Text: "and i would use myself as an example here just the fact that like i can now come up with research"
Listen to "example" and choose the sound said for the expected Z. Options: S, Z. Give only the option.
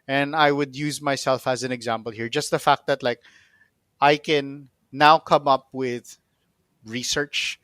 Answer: Z